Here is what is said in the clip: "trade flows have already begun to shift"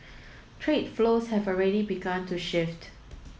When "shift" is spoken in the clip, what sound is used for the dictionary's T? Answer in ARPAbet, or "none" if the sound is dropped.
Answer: T